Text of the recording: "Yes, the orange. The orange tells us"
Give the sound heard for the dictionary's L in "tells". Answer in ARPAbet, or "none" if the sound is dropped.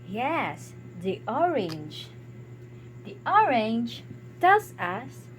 none